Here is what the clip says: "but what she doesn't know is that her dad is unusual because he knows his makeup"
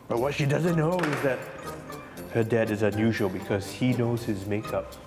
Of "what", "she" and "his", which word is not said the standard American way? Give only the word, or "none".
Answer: none